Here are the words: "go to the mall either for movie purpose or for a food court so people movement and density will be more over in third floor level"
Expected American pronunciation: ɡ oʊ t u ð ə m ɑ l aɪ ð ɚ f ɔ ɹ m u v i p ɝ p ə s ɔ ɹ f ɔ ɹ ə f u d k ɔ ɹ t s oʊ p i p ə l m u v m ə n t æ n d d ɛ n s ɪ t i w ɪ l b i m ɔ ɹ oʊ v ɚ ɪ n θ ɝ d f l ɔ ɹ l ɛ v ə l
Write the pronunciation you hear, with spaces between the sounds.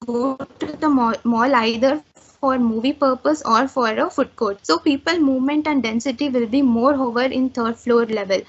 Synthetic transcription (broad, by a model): ɡ oʊ t u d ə m ɑ l aɪ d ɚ f ɔ ɹ m u v i p ɝ p ə s ɔ ɹ f ɔ ɹ ə f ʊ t k ɔ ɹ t s oʊ p i p ə l m u v m ə n t æ n d d ɛ n s ɪ t i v ɪ l b i m ɔ ɹ oʊ v ɚ ɪ n t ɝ d f l ɔ ɹ l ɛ v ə l